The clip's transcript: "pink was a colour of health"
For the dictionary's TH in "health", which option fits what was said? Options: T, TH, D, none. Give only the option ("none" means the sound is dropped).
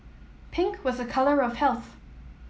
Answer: TH